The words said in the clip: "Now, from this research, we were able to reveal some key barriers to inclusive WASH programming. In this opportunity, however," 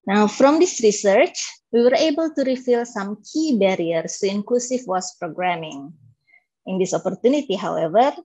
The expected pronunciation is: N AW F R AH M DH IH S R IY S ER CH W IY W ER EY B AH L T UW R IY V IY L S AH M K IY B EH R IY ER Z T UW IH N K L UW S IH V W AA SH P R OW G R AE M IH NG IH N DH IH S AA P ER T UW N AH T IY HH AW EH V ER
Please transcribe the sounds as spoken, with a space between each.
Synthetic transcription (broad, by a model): N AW F R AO M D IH S R IY S ER CH W IY W ER EY B AH L T UW R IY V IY L S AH M K IY B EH R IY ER S T UW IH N K L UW S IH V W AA S P R OW G R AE M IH NG IH N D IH S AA P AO T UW N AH T IY HH AW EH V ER